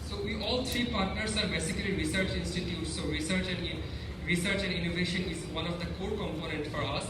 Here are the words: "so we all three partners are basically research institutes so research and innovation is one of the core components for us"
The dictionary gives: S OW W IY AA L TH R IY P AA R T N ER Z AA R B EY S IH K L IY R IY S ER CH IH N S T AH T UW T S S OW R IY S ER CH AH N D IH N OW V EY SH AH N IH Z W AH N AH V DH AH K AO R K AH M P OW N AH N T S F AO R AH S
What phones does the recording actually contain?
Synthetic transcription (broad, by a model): S OW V IY AA L T R IY P AA R T N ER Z AA R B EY S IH K L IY R IY S ER CH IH N S T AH T UW T S S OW R IY S ER CH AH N D IH N OW V EY SH AH N IH Z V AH N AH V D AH K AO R K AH M P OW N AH N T F AO R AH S